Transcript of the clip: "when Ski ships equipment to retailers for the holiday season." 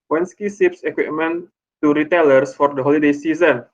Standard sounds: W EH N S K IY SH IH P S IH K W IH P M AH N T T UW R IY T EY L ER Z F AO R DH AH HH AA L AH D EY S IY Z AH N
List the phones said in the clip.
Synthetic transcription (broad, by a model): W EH N S K IY S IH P S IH K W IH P M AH N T T UW R IY T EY L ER S F AO R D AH HH AA L AH D EY S IY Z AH N